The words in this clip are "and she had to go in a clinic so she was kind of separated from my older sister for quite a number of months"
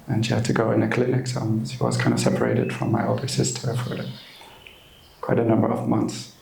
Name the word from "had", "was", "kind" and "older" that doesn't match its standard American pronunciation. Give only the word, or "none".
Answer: none